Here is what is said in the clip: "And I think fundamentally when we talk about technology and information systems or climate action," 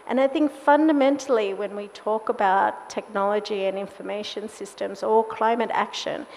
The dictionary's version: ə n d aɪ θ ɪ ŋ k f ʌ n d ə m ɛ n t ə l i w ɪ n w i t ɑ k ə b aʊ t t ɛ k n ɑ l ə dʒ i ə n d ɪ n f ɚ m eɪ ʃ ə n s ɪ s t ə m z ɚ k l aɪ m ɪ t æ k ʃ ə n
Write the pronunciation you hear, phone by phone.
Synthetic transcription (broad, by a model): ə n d aɪ θ ɪ ŋ k f ʌ n d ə m ɛ n t l i w ɪ n w i t ɑ k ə b aʊ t t ɛ k n ɑ l ə dʒ i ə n ɪ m f ɚ m eɪ ʃ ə n s ɪ s t ə m z ɚ k l aɪ m ɪ t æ k ʃ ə n